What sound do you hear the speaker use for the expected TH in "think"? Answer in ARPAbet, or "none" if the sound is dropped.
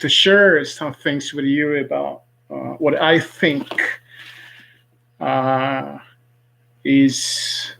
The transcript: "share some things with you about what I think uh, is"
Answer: TH